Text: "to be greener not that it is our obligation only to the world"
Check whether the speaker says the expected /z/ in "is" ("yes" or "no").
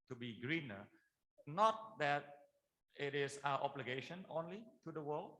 no